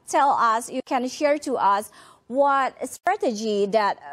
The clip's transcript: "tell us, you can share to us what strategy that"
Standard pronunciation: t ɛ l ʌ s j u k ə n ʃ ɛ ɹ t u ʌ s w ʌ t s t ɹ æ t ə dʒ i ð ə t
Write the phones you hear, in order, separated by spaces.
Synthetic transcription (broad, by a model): t ɛ l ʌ s j u k ə n ʃ ɛ ɹ t u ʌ s w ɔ t s t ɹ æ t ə dʒ i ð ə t